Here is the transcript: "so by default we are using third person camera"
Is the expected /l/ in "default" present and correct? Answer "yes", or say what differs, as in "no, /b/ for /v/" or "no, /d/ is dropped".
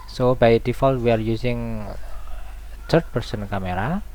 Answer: yes